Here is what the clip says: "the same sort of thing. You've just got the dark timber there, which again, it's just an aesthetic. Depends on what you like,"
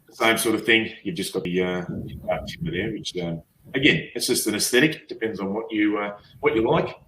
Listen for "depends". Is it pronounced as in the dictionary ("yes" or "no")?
yes